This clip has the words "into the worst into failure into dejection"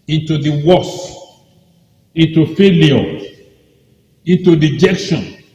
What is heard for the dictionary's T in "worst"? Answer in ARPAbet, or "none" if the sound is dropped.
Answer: none